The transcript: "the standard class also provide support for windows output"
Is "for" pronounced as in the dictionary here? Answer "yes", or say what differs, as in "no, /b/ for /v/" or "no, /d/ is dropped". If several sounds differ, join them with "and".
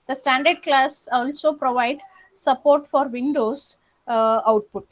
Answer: yes